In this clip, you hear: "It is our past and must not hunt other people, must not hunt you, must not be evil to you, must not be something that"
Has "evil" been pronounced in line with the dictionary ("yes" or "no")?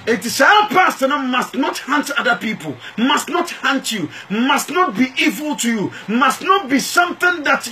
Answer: yes